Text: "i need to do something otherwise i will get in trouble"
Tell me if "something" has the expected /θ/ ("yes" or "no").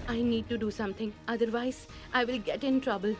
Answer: no